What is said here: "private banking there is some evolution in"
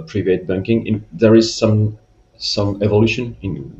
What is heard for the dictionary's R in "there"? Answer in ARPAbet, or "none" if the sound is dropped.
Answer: R